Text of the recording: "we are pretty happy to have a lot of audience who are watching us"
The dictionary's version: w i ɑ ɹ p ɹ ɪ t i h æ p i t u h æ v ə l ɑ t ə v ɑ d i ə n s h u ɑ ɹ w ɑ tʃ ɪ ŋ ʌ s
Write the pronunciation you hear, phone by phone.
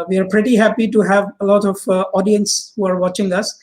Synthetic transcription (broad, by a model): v i ɑ ɹ p ɹ ɪ t i h æ p i t u h æ v ə l ɑ t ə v ɑ d i ə n s h u ɑ ɹ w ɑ tʃ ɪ ŋ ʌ s